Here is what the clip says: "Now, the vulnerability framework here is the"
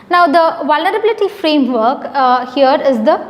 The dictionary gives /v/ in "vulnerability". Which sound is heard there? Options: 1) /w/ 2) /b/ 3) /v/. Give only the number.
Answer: 3